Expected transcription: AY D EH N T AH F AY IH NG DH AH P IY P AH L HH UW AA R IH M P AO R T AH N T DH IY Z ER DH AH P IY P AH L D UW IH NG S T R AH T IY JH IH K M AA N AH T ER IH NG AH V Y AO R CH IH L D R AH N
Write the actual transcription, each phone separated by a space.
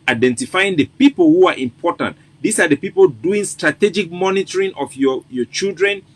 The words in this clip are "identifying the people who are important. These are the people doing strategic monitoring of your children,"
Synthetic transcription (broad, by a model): AY D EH N T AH F AY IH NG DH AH P IY P AH L HH UW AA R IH M P AO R T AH N T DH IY S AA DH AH P IY P AH L D UW IH NG S T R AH T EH JH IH K M AA N AH T ER IH NG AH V Y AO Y CH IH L D R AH N